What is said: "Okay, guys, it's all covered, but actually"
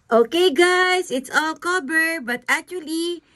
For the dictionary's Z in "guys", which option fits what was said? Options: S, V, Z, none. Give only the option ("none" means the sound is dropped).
S